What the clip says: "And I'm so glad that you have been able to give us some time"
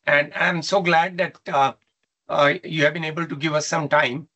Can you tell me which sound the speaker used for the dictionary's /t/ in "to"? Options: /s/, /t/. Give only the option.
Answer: /t/